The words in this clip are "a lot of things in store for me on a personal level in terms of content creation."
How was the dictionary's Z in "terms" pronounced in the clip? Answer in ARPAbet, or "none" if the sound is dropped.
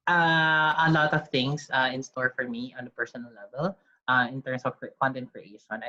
S